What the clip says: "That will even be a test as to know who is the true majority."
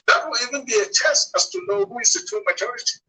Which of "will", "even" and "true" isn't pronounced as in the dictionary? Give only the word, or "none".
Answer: true